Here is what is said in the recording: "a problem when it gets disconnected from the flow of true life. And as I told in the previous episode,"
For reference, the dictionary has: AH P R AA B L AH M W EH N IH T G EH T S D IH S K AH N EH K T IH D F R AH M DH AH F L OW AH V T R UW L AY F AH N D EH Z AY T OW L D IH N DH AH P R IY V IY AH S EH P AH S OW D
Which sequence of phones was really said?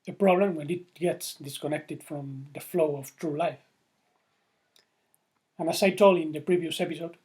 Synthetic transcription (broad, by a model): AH P R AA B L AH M W EH N IH T G EH T S D IH S K AH N EH K T IH D F R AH M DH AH F L OW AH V T R UW L AY F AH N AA S AY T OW L IH N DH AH P R IY V IY AH S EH P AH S OW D